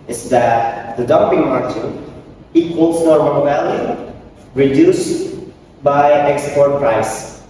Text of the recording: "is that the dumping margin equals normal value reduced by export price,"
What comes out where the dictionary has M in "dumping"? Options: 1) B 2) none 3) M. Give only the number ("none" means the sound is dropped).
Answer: 3